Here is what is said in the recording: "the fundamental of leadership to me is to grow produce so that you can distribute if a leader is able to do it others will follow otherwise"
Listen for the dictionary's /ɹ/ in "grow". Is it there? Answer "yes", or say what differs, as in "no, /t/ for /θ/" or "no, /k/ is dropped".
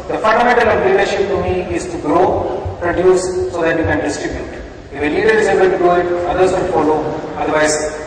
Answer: yes